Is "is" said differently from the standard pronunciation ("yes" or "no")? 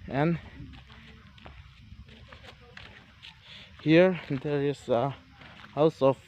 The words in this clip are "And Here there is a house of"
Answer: yes